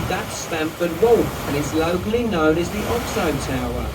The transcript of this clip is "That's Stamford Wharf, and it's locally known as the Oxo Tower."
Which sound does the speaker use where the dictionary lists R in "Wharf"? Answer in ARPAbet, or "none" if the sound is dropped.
L